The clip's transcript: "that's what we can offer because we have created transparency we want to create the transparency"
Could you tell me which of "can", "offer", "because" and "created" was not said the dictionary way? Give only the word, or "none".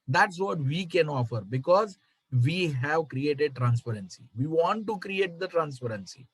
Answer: none